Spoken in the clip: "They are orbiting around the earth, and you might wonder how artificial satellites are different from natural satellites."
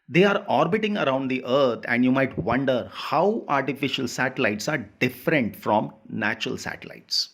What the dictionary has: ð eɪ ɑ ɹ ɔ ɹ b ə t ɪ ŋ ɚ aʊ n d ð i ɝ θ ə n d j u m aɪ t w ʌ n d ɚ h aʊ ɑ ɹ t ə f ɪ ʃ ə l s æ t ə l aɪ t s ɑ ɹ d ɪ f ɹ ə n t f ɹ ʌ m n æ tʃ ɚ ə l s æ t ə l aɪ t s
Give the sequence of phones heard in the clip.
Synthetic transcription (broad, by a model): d eɪ ɑ ɹ ɔ ɹ b ə t ɪ ŋ ɚ aʊ n d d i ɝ t ə n d j u m aɪ t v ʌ n d ɚ h aʊ ɑ ɹ t ə f ɪ ʃ ə l s æ t ə l aɪ t s ɑ ɹ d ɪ f ɹ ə n t f ɹ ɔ m n æ tʃ ɚ ə l s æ t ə l aɪ t s